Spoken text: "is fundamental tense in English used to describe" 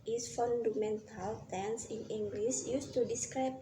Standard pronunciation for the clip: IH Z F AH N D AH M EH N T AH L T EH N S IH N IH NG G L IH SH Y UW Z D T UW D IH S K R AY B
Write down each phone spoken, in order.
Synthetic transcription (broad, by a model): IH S F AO N D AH M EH N T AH L T EH N S IH N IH NG G L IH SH Y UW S T UW D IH S K R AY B